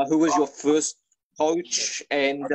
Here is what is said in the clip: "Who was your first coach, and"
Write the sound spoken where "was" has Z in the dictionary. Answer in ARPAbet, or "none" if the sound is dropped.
Z